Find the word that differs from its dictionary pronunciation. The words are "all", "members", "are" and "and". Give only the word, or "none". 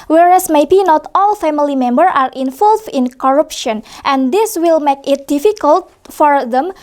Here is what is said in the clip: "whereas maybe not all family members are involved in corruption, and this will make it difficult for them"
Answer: members